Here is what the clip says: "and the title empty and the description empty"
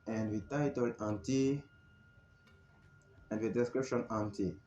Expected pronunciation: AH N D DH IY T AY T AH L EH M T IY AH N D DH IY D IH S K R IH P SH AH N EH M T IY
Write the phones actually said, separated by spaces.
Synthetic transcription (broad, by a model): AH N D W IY T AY T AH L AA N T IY AH N D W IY D IH S K R IH P SH AH N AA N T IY